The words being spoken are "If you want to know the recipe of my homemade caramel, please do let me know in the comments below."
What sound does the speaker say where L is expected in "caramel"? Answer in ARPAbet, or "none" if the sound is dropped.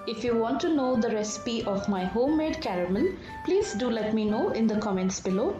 N